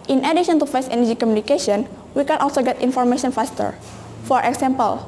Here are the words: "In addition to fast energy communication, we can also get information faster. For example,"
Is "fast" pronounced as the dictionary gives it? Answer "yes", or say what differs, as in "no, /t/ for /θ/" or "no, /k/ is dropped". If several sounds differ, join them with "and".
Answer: no, /t/ is dropped